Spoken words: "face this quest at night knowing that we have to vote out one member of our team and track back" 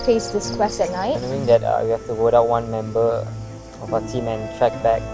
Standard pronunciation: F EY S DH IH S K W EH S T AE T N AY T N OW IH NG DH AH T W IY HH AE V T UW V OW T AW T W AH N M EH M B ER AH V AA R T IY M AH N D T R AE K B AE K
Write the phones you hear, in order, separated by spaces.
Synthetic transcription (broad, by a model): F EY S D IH S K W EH S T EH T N AY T N OW IH NG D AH T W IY HH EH F T UW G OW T AW T W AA N M EH M B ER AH F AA T IY M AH N T R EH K B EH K